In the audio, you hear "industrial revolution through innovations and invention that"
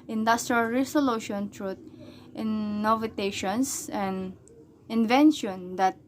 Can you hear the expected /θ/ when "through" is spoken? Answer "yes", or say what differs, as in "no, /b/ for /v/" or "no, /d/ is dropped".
no, /t/ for /θ/